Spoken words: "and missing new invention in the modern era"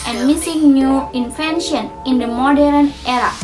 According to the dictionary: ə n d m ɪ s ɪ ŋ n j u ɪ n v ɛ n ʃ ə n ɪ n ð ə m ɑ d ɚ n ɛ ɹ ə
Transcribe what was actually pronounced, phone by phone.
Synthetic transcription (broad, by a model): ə n d m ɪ s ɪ ŋ n j u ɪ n f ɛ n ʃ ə n ɪ n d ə m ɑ d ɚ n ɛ ɹ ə